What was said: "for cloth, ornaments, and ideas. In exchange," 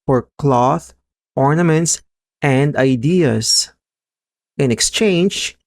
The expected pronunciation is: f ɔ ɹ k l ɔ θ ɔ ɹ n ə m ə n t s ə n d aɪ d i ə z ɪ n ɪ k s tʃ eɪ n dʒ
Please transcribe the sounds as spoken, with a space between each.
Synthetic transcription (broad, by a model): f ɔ ɹ k l ɔ θ ɔ ɹ n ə m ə n t s ə n d aɪ d i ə s ɪ n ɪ k s tʃ eɪ n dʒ